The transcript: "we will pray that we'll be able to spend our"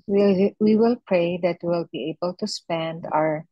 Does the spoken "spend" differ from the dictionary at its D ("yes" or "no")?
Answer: no